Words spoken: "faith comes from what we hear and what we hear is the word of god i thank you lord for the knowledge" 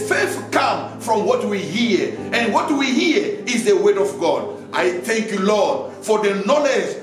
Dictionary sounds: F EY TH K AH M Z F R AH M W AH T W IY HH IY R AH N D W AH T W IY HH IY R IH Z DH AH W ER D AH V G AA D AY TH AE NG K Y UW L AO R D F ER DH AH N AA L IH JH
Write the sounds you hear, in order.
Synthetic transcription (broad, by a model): F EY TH K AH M F R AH M W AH T W IY HH IY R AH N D W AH T W IY HH IY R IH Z DH AH W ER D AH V G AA D AY TH AE NG K Y UW L AO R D F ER DH AH N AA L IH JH